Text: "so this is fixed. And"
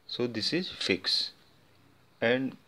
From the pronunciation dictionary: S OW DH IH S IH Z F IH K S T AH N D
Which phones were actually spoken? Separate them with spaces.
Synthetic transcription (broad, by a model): S OW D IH S IH Z F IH K S AH N D